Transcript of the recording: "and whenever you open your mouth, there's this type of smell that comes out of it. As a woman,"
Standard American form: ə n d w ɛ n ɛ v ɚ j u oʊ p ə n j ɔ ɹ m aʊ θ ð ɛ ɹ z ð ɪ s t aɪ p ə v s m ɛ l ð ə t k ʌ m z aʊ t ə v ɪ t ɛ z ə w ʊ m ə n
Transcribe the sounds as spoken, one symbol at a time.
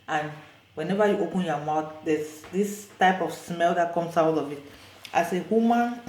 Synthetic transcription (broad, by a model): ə n w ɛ n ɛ v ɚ j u oʊ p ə n j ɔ m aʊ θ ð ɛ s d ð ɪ s t aɪ p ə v s m ɛ l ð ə t k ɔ m s aʊ t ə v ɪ t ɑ s ə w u m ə n